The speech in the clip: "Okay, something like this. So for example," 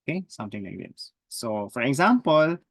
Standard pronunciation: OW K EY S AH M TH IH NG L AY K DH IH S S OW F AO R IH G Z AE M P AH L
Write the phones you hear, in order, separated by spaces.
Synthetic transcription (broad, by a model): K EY S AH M T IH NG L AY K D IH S S OW F AO R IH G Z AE M P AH L